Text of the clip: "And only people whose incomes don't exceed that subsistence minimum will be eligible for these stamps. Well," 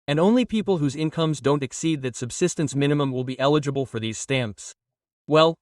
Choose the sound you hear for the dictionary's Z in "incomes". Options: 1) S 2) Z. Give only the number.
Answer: 2